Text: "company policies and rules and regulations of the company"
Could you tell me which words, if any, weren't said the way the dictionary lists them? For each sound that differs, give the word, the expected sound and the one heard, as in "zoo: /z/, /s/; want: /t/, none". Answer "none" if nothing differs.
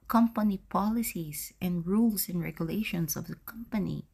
policies: /z/, /s/; rules: /z/, /s/; regulations: /z/, /s/